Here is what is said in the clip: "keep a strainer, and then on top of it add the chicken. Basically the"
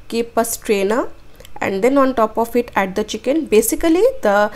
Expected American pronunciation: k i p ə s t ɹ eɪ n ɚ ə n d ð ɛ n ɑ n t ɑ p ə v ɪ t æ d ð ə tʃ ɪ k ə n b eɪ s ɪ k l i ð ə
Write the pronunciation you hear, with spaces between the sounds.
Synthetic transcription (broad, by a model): k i p ə s t ɹ eɪ n ɚ ə n d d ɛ n ɑ n t ɑ p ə f ɪ t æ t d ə tʃ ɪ k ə n b eɪ s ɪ k l i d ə